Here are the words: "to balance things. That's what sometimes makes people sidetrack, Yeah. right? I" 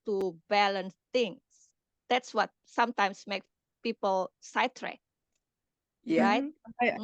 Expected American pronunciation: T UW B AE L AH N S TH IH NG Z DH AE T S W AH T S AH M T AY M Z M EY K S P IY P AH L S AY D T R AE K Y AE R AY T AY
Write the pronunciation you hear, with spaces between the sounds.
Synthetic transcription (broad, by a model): T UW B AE L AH N S T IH NG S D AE T S W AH T S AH M T AY M S M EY K P IY P AH L S AY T R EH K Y R AY T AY